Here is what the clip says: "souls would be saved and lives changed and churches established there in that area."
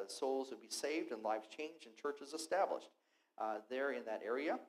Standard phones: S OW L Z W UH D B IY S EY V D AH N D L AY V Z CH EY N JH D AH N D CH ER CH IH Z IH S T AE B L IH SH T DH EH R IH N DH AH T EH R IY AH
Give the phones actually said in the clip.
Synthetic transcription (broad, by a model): S OW L Z W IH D B IY S EY V D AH N L AY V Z CH EY N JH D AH N CH ER CH IH Z IH S T AE B L IH SH T DH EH R IH N DH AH T EH R IY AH